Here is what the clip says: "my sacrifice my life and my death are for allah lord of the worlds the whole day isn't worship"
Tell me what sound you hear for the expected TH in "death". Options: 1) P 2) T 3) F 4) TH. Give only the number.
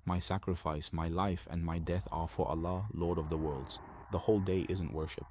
4